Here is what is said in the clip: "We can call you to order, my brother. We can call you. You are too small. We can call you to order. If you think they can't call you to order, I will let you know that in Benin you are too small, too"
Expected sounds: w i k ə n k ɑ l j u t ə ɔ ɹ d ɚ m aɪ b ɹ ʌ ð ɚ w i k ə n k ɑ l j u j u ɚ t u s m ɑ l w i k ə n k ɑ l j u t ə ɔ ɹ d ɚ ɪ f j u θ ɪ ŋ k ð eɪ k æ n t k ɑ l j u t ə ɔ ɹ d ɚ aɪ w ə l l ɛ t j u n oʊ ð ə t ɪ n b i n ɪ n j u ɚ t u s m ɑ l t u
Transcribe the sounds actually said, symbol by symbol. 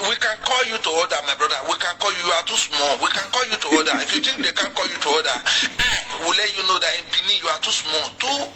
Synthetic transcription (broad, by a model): w i k ə n k ɑ l j u t ə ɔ d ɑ m aɪ b ɹ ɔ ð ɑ w i k ə n k ɑ l j u j u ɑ t u s m ɑ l w i k ə n k ɑ l j u t ə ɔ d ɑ ɪ f j u t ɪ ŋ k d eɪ k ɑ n k ɑ l j u t ə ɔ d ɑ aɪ w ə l l ɛ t j u n oʊ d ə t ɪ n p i n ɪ j u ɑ t u s m ɑ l t u